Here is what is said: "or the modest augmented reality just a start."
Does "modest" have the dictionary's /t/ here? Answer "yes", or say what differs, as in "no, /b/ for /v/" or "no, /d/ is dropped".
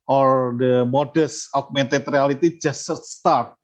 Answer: no, /t/ is dropped